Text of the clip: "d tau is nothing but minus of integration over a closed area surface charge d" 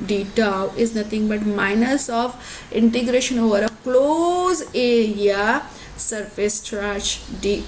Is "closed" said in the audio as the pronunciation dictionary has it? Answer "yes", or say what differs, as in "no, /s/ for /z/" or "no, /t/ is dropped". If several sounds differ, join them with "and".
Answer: no, /d/ is dropped